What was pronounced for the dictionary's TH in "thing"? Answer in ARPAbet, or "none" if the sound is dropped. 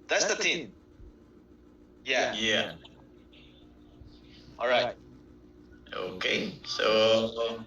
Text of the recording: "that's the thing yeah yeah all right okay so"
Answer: T